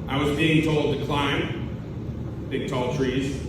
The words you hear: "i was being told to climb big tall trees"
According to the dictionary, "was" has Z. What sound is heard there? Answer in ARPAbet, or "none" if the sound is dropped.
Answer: Z